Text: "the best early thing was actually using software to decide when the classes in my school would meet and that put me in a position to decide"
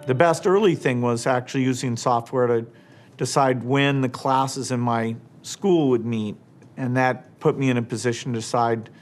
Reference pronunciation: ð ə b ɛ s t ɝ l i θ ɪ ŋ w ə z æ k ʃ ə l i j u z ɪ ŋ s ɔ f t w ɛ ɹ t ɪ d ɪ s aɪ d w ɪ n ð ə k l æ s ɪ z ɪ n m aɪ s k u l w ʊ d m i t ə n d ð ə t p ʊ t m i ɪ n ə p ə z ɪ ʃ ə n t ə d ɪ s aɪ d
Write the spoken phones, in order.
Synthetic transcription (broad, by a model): ð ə b ɛ s t ɝ l i θ ɪ ŋ w ə z æ k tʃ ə l i j u z ɪ ŋ s ɔ f t w ɛ ɹ t ɪ d ɪ s aɪ d w ɪ n ð ə k l æ s ɪ z ɪ n m aɪ s k u l w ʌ d m i t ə n ð ə t p ʊ t m i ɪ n ə p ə z ɪ ʃ n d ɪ s aɪ d